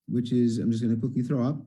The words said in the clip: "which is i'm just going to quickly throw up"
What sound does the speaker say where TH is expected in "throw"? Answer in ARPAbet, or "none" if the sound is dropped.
TH